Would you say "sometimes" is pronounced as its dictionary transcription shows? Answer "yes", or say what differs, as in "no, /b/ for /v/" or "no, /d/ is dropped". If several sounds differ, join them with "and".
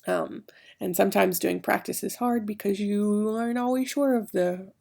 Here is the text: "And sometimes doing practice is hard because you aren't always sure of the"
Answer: yes